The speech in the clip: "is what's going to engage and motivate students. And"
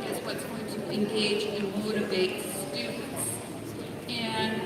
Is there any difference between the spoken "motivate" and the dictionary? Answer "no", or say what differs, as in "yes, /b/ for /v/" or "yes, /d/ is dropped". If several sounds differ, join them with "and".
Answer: yes, /b/ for /v/